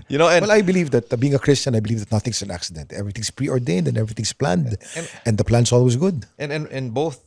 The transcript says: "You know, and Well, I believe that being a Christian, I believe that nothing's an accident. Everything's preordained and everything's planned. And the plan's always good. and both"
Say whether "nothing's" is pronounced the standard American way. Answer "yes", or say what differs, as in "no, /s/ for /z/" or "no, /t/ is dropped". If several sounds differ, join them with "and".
no, /s/ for /z/